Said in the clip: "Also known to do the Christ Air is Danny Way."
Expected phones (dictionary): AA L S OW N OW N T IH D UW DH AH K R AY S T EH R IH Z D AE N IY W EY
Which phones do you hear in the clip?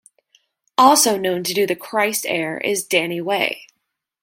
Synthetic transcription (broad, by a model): AA L S OW N OW N T IH D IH DH AH K R AY S T EH R IH Z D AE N IY W EY